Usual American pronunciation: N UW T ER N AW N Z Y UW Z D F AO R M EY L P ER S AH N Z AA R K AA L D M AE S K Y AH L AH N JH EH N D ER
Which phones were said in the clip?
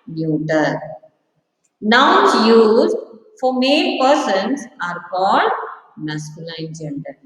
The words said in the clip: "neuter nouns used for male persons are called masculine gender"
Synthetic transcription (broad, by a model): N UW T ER N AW N S Y UW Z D F AO R M EY N P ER S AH N S AA R K AA L D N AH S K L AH AH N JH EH N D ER